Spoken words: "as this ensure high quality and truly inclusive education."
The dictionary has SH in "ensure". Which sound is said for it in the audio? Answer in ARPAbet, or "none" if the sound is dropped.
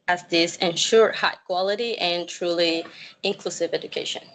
SH